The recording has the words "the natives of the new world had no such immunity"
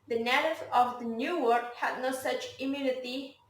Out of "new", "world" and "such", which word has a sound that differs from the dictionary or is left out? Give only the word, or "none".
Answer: world